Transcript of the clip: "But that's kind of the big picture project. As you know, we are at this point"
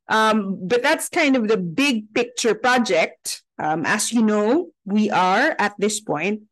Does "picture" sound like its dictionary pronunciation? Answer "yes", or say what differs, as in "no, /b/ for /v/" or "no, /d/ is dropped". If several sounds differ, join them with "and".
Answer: yes